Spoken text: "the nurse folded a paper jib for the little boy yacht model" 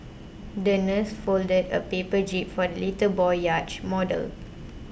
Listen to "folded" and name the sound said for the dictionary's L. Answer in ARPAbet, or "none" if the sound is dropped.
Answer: L